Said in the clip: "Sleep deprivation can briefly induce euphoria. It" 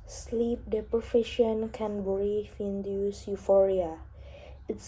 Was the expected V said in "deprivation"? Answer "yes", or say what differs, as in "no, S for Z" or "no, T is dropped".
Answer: no, F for V